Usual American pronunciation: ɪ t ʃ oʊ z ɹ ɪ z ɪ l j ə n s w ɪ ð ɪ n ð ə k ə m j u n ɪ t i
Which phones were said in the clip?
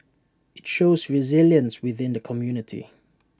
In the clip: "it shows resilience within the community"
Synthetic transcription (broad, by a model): ɪ t ʃ oʊ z ɹ ɪ z ɪ l j ə n s w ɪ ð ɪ n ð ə k ə m j u n ɪ t i